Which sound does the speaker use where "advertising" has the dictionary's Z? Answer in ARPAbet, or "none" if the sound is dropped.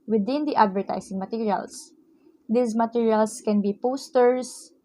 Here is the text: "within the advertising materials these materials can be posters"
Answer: S